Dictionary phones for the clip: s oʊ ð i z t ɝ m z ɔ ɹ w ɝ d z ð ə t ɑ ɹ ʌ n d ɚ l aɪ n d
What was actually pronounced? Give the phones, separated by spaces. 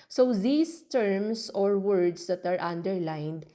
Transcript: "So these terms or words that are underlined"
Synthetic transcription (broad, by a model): s oʊ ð i s t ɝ m s ɔ ɹ w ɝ d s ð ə t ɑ ɹ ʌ n d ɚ l aɪ n d